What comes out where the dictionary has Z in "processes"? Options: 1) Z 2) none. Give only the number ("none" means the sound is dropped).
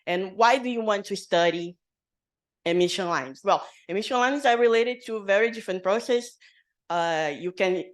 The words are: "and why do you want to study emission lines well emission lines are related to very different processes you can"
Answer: 2